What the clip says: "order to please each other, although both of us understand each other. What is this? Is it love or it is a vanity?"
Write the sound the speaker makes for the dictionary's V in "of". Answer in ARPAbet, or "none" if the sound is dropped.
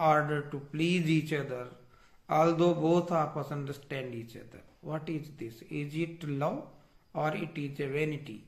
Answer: P